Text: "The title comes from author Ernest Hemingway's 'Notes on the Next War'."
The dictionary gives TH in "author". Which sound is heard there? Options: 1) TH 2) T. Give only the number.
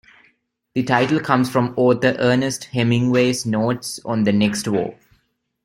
2